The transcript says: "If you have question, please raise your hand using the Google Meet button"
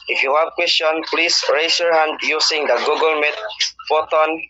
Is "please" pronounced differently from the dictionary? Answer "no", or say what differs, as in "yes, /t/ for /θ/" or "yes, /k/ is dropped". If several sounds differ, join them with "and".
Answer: yes, /s/ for /z/